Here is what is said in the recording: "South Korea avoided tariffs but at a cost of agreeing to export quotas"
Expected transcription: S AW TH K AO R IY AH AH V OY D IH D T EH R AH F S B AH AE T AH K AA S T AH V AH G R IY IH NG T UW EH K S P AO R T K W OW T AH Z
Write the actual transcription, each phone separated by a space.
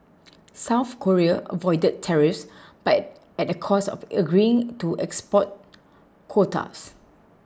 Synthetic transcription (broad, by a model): S AW TH K AO R IY AH AH V OY D IH D T EH R AH F S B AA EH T AH K AA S AH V AH G R IY IH NG T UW EH K S P AO T K W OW T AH S